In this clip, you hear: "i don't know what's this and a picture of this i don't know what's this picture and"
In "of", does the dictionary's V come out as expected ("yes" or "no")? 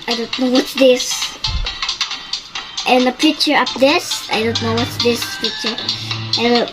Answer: no